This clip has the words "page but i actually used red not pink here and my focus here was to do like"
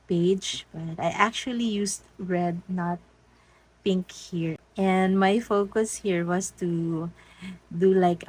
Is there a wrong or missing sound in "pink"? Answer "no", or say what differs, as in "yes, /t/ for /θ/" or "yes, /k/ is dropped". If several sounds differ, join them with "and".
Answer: no